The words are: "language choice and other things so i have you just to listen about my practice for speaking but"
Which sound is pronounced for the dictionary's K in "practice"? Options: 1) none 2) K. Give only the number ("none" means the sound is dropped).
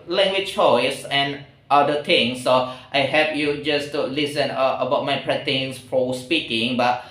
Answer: 1